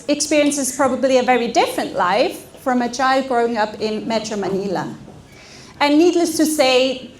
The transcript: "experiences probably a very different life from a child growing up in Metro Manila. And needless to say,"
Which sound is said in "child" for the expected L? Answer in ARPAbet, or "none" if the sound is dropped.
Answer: L